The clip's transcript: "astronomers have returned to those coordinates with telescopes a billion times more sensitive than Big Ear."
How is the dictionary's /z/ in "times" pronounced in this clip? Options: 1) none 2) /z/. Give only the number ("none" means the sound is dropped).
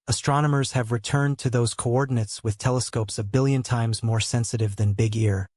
2